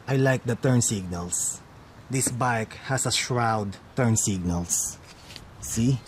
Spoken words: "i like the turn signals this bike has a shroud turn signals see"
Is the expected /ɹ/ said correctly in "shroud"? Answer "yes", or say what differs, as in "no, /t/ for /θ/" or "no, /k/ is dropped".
yes